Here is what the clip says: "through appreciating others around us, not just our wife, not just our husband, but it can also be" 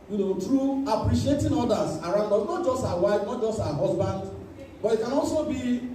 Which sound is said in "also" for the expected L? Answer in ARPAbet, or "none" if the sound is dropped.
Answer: L